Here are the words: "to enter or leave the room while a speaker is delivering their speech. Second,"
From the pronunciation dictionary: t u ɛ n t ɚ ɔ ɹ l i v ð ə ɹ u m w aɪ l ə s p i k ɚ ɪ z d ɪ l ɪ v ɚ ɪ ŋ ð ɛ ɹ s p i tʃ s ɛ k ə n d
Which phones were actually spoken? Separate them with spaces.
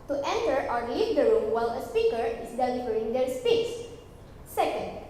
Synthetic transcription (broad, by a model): t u ɛ n t ɚ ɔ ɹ l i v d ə ɹ u m w aɪ l ə s p i k ɚ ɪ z d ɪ l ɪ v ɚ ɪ ŋ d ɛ ɹ s p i s s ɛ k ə n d